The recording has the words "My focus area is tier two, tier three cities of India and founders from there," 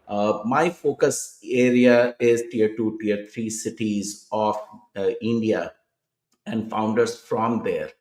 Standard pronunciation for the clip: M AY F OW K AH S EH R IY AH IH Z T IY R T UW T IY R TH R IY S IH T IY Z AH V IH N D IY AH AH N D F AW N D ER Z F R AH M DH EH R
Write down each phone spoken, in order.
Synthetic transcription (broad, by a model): M AY F OW K AH S EH R IY AH IH Z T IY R T UW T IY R T R IY S IH T IY Z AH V IH N D IY AH AH N D F AW N D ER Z F R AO M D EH R